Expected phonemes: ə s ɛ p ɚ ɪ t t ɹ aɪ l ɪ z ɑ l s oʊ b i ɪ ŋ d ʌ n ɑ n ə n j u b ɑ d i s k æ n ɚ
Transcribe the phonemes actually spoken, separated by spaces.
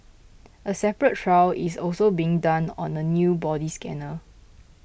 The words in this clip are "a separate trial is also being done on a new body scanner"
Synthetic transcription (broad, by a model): ə s ɛ p ɚ ɪ t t ɹ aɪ w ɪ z ɑ l s oʊ b i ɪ ŋ d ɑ n ɑ n ə n j u b ɑ d i s k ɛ n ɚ